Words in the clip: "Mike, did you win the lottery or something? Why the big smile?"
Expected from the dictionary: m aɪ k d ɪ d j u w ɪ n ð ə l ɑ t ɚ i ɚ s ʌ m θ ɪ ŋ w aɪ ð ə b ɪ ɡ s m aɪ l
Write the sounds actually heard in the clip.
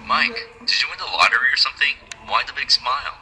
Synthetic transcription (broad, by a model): m aɪ k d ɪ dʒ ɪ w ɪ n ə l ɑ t ɚ i ɚ s ʌ m θ ɪ ŋ w aɪ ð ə b ɪ ɡ s m aɪ l